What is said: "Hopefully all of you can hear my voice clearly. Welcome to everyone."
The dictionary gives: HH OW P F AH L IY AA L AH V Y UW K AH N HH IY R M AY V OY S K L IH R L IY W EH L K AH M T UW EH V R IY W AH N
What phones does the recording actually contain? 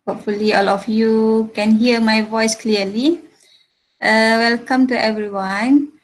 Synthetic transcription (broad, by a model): HH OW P F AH L IY AA L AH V Y UW K AH N HH IY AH M AY V OY S K L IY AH L IY W EH L K AH M T UW EH V R IY W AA N